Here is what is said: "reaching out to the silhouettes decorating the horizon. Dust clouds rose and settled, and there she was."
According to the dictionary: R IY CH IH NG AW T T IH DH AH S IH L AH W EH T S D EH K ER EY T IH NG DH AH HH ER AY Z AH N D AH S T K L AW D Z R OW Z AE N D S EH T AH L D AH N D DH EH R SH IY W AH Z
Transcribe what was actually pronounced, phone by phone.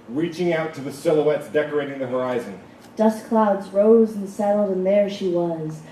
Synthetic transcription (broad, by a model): R IY CH IH NG AW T T IH DH AH S IH L AH W EH T S D EH K ER EY T IH NG DH AH HH ER AY Z AH N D AH S K L AW D Z R OW Z N S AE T L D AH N DH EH R SH IY W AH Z